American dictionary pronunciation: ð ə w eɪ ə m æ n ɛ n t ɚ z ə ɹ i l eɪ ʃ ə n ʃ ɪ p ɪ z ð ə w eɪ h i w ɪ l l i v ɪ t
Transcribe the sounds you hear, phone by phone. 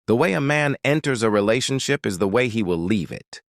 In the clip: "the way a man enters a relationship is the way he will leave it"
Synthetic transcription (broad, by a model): ð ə w eɪ ə m æ n ɛ n t ɚ z ə ɹ i l eɪ ʃ ə n ʃ ɪ p ɪ z ð ə w eɪ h i w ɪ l l i v ɪ t